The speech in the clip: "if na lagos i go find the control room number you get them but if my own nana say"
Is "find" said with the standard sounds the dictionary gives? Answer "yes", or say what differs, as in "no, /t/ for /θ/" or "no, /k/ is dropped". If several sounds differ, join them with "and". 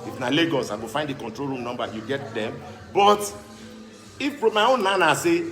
yes